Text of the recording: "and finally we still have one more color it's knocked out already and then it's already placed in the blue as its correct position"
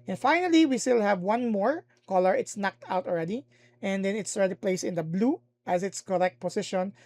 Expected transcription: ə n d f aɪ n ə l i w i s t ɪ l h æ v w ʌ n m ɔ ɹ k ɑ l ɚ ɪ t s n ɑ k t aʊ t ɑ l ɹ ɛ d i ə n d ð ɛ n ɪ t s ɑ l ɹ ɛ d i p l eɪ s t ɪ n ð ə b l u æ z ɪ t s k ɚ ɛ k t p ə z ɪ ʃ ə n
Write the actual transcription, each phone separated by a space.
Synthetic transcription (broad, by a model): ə n f aɪ n ə l i w i s t ɪ l h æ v w ʌ n m ɔ ɹ k ɑ l ɚ ɪ t s n ɑ k t aʊ t ɑ l ɹ ɛ d i ə n d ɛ n ɪ t s ɑ l ɹ ɛ d i p l eɪ s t ɪ n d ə b l u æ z ɪ t s k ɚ ɛ k t p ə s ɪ ʃ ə n